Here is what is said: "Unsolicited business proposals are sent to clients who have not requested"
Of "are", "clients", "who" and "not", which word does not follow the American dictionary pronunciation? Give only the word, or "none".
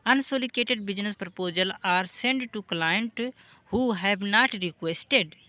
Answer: clients